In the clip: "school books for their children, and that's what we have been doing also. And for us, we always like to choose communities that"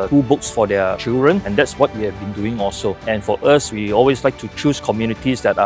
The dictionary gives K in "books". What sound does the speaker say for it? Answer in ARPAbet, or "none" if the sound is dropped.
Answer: K